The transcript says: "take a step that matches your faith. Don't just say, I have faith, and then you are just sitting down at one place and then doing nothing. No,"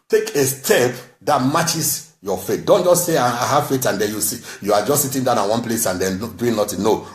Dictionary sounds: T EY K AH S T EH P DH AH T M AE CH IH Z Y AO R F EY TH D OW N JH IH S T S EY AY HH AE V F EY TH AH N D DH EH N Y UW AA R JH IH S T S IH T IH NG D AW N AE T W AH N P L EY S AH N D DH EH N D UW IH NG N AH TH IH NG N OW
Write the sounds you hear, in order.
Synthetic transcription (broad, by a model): T EY K AH S T EH P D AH T M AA CH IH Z Y AO F EY T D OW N JH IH S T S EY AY HH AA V F EY T AH N D EH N Y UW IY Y JH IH S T S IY T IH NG D AW N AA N W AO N P L EY S AH N D EH N D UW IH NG N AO T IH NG N OW